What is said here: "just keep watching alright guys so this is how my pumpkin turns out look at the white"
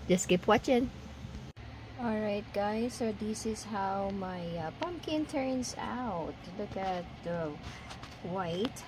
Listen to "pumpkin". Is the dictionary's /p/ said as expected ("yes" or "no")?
yes